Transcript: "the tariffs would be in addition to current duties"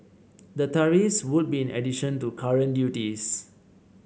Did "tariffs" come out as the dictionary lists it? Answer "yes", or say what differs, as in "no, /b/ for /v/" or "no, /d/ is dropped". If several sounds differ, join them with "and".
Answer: no, /f/ is dropped